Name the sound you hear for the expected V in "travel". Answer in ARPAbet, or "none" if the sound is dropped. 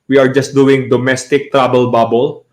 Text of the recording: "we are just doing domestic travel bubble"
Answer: B